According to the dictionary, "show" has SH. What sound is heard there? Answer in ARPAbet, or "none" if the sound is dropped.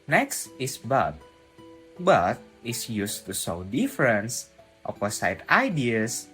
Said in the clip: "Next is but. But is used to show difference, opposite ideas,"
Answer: S